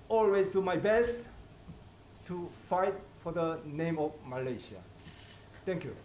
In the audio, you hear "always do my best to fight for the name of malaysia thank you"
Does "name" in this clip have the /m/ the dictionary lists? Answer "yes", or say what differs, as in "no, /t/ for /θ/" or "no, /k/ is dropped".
yes